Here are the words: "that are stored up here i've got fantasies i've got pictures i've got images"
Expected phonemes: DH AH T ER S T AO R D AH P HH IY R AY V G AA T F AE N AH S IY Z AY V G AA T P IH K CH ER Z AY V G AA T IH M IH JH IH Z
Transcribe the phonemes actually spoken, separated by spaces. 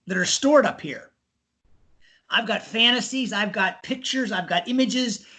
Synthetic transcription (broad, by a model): DH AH T ER S T AO R D AH P HH IY R AY V G AA T F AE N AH S IY Z AY V G AA T P IH K CH ER Z AY V G AA T IH M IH JH IH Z